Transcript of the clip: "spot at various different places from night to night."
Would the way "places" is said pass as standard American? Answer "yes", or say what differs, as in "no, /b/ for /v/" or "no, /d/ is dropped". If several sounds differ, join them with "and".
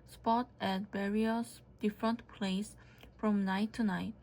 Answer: no, /s/ is dropped and /s/ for /z/